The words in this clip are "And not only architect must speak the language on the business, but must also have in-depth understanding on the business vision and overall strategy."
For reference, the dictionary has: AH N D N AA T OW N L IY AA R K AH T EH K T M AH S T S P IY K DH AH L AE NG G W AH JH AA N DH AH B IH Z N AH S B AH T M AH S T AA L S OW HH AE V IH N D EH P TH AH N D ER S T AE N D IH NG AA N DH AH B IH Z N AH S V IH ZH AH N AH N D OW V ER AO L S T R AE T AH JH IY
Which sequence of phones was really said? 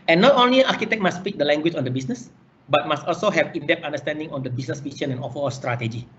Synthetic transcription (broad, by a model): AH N N AA T OW N L IY AA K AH T EH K M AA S S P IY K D AH L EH NG G W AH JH AA N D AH B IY S N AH S B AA T M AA S T AA L S OW HH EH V IH N D EH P T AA N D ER S T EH N D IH NG AA N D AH B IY S N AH S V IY SH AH N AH N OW F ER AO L S T R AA T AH JH IY